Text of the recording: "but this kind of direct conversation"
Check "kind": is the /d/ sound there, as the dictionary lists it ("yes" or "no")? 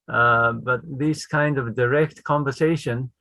yes